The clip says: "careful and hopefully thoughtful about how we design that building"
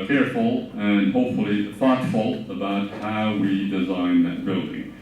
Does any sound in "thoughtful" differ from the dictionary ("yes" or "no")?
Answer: yes